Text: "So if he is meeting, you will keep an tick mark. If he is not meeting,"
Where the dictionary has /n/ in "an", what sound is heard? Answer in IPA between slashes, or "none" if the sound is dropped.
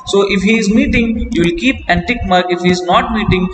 /n/